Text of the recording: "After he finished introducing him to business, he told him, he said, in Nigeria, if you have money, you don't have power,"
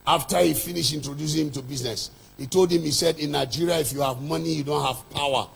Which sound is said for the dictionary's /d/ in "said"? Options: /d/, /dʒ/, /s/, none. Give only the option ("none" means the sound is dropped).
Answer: /d/